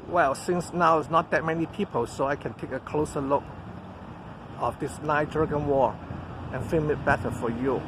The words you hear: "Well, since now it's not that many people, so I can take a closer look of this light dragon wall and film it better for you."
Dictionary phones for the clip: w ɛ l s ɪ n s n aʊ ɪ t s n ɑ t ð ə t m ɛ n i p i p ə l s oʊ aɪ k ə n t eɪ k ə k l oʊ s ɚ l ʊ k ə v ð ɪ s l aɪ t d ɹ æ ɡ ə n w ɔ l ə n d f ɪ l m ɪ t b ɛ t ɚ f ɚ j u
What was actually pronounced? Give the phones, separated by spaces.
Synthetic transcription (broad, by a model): w ɛ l s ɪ n s n aʊ ɪ t s n ɑ t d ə t m ɛ n i p i p ə l s oʊ aɪ k ə n t eɪ k ə k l oʊ s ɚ l ʊ k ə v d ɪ s n aɪ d ɹ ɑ ɡ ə n w ɔ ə n f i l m ɪ t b ɛ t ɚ f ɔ j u